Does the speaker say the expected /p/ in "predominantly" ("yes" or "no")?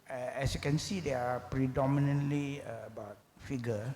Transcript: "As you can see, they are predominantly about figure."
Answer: yes